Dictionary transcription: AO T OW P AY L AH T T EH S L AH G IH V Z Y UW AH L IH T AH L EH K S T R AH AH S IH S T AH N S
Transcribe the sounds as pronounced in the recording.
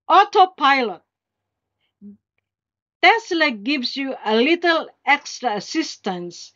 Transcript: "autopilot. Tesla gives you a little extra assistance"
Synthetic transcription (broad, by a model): AO T OW P AY L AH T T EH S L AH G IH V S Y UW AH L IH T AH L EH K S T R AH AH S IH S T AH N S